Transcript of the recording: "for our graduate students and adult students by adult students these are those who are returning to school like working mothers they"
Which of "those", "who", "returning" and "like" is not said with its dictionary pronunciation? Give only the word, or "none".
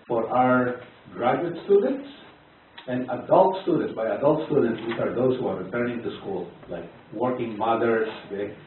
those